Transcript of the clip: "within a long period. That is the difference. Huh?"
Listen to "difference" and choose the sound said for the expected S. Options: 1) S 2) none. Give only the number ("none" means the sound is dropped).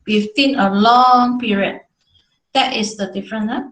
2